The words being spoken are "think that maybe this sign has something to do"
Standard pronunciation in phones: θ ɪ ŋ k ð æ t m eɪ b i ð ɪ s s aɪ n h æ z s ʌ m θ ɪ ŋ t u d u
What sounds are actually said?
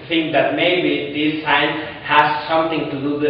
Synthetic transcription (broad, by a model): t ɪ ŋ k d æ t m eɪ b i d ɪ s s aɪ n h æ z s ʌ m t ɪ ŋ t u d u